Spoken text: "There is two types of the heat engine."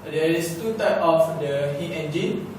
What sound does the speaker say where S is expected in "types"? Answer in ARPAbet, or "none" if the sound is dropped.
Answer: none